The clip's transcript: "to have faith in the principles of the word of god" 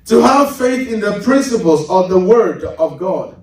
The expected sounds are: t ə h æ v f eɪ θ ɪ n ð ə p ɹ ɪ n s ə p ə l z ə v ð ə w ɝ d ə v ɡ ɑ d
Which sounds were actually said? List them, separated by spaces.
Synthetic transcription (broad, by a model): t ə h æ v f eɪ θ ɪ n ð ə p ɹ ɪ n s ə p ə l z ə v ð ə w ɝ d ə v ɡ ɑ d